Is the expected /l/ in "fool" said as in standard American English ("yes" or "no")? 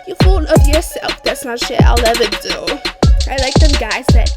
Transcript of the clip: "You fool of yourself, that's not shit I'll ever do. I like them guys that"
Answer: no